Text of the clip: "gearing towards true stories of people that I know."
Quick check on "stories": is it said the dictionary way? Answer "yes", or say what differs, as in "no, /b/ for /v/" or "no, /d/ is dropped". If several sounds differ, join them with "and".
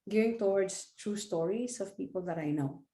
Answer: no, /s/ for /z/